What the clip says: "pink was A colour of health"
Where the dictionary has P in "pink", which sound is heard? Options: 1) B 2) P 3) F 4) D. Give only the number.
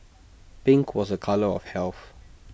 1